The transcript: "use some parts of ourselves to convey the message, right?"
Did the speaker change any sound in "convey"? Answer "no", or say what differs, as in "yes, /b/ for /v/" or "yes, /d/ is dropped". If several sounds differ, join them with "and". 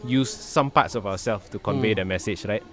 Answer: no